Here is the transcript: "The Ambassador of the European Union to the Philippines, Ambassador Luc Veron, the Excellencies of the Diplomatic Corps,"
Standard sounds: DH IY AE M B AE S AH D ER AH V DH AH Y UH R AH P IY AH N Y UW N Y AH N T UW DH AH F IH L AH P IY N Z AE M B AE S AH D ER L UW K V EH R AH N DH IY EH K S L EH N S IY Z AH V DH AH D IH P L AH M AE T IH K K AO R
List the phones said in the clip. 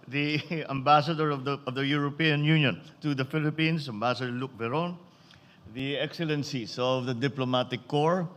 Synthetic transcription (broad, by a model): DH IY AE M B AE S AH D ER AH V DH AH Y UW R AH P IY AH N Y UW N Y AH N T UW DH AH F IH L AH P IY N S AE M B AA S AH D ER L UW K V EH R AH N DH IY EH K S L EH N S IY S AH V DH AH D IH P L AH M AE T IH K K AO R